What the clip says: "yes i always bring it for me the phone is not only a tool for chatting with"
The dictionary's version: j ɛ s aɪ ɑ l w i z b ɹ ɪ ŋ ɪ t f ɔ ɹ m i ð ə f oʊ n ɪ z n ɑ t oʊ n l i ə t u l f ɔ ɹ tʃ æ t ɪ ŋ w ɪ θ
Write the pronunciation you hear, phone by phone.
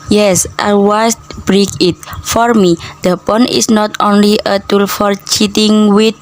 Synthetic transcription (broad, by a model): j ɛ s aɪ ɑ w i s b ɹ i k ɪ t f ɔ ɹ m i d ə p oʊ n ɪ s n ɑ t oʊ n l i ə t u l f ɔ ɹ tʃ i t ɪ ŋ w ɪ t